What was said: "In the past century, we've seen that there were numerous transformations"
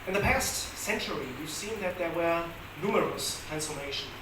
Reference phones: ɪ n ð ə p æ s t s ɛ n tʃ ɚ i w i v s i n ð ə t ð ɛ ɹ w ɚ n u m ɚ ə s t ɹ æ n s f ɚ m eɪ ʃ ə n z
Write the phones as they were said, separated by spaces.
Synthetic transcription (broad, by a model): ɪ n ð ə p æ s t s ɛ n tʃ ɚ i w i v s i n ð ə t ð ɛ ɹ w ɚ n u m ɚ ə s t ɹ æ n s f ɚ m eɪ ʃ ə n